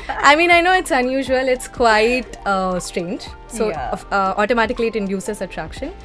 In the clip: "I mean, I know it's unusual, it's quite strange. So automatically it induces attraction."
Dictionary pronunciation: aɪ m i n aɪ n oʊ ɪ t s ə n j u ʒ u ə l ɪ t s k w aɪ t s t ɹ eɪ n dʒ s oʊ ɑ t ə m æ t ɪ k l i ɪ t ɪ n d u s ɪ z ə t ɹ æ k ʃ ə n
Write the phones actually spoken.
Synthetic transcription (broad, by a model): aɪ m i n aɪ n oʊ ɪ t s ə n j u ʒ u ə l ɪ t s k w aɪ t s t ɹ eɪ n dʒ s oʊ ɑ t ə m æ t ɪ k l i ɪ t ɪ n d u s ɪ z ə t ɹ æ k ʃ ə n